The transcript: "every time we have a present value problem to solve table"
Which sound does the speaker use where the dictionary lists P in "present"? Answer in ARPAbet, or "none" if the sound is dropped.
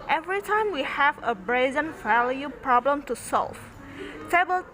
B